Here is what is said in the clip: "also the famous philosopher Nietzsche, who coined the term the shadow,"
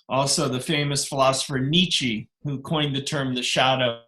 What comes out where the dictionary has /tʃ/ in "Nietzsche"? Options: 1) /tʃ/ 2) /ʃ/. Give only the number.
1